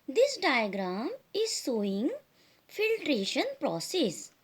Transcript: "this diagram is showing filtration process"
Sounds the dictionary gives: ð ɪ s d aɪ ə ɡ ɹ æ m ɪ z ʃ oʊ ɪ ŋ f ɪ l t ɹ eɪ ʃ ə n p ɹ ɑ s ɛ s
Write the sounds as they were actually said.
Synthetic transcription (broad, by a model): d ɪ s d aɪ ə ɡ ɹ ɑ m ɪ z s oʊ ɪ ŋ f ɪ l t ɹ eɪ ʃ ə n p ɹ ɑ s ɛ s